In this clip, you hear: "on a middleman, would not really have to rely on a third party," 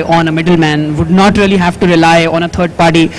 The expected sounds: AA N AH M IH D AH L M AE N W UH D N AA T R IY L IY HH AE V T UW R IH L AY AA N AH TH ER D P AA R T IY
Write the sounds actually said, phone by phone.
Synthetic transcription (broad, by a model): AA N AH M IH D AH L M AE N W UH D N AA T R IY L IY HH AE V T UW R IH L AY AA N AH T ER D P AA R T IY